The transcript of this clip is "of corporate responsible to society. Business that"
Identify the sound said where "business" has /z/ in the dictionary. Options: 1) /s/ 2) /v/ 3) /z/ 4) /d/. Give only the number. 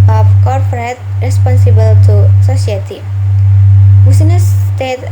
1